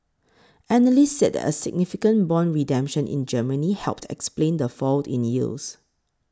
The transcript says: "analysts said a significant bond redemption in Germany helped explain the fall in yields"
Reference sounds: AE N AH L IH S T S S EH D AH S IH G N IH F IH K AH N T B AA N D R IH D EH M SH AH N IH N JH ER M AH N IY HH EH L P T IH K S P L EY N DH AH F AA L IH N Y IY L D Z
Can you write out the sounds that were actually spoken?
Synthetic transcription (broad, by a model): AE N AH L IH S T S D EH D AH S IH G N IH F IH K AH N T B AA N R IH D EH M SH AH N IH N JH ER M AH N IY HH EH L P T IH K S P L EY N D AH F AA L IH N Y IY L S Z